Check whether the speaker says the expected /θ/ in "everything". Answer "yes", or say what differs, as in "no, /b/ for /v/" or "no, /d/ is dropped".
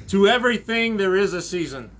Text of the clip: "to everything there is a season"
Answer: yes